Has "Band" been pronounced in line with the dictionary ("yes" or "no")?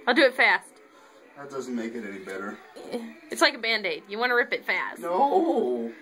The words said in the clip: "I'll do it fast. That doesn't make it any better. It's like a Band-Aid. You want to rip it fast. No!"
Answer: yes